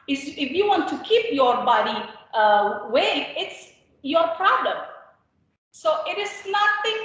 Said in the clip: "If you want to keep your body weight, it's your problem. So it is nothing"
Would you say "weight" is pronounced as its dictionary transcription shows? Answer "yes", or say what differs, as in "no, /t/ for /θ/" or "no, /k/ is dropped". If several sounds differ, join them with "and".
no, /t/ is dropped